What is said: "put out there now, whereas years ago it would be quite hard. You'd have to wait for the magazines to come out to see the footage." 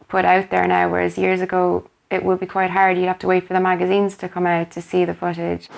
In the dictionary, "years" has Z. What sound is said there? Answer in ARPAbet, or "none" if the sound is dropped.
Z